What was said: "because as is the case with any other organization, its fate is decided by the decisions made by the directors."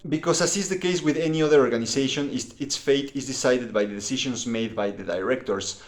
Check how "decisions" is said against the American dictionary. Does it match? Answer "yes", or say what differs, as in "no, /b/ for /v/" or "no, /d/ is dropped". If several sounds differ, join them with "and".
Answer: no, /ʃ/ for /ʒ/